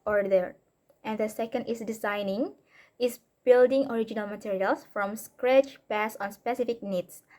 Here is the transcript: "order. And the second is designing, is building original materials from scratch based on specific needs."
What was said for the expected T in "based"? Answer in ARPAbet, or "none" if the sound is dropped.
none